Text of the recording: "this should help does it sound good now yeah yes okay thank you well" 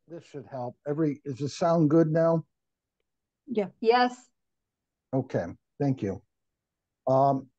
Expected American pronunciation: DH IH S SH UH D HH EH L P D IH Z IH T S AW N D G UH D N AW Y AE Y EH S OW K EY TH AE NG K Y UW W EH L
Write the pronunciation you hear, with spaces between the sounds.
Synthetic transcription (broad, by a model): DH IH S SH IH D HH EH L P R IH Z IH T S AW N G UH D N AW Y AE Y EH S OW K EY TH AE NG K Y UW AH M